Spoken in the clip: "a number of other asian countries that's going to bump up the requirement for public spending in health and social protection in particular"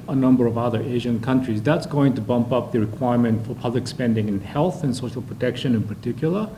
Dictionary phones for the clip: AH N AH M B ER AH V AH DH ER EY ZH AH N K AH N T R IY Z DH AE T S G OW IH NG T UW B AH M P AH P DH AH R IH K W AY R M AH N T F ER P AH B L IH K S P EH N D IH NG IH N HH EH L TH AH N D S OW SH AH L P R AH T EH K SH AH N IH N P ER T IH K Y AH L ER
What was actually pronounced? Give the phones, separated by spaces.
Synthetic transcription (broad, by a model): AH N AH M B ER AH V AH DH ER EY ZH AH N K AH N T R IY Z DH AE T S G OW IH NG T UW B AH M P AH P DH AH R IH K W AY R M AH N T F ER P AH B L IH K S P EH N D IH NG IH N HH EH L TH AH N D S OW SH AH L P R AH T EH K SH AH N IH N P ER T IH K Y L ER